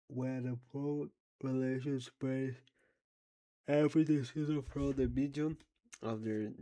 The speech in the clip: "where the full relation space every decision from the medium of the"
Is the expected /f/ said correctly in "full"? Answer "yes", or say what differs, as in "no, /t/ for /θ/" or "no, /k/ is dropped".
no, /p/ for /f/